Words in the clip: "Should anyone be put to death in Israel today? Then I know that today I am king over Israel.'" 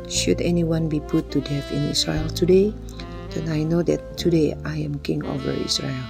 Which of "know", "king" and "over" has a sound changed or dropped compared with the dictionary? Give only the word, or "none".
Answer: none